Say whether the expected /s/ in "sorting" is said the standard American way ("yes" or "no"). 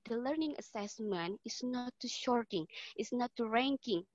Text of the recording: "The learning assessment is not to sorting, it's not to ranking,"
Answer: no